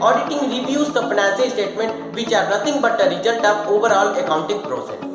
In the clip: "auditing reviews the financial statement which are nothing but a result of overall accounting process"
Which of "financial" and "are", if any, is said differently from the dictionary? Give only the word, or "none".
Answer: financial